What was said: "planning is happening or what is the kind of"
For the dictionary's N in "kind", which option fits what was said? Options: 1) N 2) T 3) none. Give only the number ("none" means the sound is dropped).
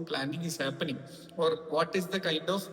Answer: 1